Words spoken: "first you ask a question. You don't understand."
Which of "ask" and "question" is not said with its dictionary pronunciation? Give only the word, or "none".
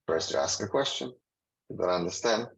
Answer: none